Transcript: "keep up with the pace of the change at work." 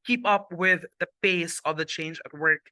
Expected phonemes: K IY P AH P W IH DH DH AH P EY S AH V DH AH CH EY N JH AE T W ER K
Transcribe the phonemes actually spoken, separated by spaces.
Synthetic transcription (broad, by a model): K IY P AH P W IH DH DH AH B EY S AH V DH AH CH EY N JH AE T W ER K